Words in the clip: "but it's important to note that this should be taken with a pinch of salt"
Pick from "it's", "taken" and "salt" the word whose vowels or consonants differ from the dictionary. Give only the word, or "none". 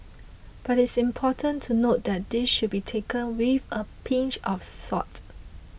salt